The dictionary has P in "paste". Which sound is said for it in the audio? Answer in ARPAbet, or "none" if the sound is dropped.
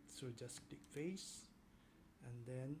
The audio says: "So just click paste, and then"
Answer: F